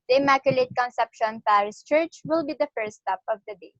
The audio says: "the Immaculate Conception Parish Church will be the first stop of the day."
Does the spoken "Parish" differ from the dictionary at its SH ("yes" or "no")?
yes